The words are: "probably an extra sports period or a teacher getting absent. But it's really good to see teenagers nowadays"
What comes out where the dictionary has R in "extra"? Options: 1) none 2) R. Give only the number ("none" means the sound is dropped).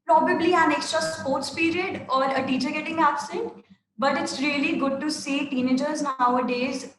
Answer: 2